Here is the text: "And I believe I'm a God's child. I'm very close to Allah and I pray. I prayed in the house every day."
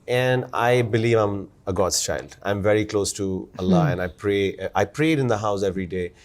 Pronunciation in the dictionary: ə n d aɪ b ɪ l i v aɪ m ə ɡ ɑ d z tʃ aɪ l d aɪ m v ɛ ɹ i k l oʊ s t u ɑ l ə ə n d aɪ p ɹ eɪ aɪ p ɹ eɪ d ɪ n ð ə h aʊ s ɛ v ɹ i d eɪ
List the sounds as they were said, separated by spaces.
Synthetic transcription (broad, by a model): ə n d aɪ b ɪ l i v aɪ m ə ɡ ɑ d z tʃ aɪ l d aɪ m v ɛ ɹ i k l oʊ s t u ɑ l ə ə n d aɪ p ɹ eɪ aɪ p ɹ eɪ d ɪ n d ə h aʊ s ɛ v ɹ i d eɪ